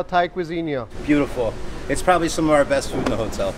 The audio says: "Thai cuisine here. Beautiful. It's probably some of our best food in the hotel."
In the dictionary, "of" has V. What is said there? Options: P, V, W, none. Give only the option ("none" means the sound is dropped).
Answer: V